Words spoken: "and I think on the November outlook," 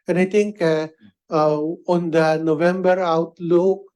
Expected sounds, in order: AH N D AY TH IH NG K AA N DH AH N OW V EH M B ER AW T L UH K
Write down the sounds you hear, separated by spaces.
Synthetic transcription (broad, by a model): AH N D AY T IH NG K AA N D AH N OW V EH M B ER AW T L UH K